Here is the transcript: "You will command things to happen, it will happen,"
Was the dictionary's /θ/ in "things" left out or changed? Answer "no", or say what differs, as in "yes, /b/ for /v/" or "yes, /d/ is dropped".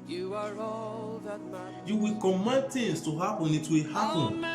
yes, /t/ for /θ/